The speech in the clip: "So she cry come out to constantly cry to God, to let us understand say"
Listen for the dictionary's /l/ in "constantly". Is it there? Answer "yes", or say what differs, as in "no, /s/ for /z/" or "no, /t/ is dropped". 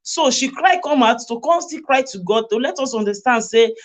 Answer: no, /l/ is dropped